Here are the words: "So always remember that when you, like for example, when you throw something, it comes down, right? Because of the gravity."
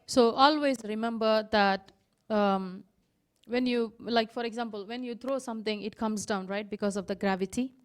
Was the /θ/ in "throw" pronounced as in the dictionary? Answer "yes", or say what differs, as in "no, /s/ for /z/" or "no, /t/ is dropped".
no, /t/ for /θ/